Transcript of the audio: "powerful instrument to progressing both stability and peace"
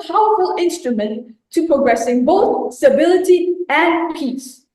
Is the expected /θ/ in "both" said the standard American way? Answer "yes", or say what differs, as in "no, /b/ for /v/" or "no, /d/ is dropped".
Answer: yes